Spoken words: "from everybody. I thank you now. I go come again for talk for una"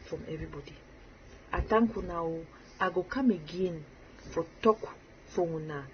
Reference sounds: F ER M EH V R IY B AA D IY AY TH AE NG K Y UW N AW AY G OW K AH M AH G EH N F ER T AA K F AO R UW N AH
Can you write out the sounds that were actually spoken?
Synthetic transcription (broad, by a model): F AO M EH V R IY B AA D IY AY T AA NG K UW N AW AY G OW K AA M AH G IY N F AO T AA K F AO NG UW N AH